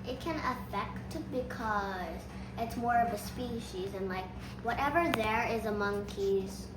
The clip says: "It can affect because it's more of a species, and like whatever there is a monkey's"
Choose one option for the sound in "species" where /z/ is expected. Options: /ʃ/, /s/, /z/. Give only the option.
/z/